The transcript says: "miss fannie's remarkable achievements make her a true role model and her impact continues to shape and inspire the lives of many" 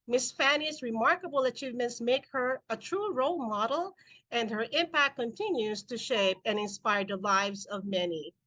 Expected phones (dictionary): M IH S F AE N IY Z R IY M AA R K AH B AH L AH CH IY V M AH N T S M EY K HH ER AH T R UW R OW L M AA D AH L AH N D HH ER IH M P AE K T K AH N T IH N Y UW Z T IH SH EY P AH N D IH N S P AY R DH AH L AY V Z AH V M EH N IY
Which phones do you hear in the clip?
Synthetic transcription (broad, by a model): M IH S F AE N IY Z R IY M AA R K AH B L AH CH IY V M AH N T S M EY K HH ER AH T R UW R OW L M AA D L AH N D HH ER IH M P AE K K AH N T IH N Y UW Z T IH SH EY P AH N IH N S P AY R DH AH L AY V Z AH V M EH N IY